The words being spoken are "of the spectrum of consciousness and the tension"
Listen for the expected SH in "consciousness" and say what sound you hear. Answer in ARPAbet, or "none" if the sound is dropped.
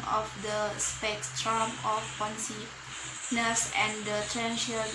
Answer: S